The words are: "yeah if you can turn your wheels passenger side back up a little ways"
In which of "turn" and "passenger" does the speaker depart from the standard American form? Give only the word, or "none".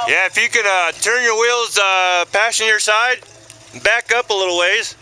passenger